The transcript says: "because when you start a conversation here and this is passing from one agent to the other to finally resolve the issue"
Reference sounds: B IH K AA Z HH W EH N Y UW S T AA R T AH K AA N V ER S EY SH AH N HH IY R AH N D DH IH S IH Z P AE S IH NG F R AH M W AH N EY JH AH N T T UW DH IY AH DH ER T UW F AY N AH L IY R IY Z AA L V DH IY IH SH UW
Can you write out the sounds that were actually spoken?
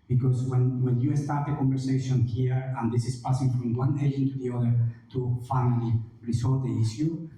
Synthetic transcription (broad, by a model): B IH K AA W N W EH N Y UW S T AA R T AH K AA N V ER S EY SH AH N HH IY R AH N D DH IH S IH S P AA S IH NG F R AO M W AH N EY AH N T T UW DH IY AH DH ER T UW F AY N AH L IY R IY S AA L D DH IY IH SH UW